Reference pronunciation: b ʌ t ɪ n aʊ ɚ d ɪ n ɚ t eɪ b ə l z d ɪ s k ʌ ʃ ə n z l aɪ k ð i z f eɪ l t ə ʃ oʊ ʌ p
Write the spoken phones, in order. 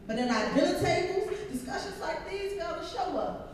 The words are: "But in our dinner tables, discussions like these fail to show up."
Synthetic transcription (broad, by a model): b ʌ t ɪ n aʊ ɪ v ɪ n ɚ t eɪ ə z d ɪ s k ʌ ʃ ə n z l aɪ k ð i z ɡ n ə ʃ oʊ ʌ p